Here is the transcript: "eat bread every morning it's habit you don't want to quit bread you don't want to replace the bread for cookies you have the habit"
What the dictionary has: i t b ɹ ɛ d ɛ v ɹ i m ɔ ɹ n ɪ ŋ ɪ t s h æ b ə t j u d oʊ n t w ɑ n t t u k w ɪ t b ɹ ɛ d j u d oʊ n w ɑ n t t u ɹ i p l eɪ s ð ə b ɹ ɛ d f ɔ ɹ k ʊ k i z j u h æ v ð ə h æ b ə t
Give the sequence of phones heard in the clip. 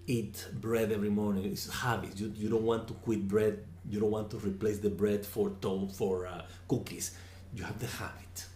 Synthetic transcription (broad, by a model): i t b ɹ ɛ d ɛ v ɹ i m ɔ ɹ n ɪ ŋ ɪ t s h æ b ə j j u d oʊ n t w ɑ n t t u k w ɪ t b ɹ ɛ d j u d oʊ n w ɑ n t t u ɹ i p l eɪ s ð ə b ɹ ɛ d f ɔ ɹ k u k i s j u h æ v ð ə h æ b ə t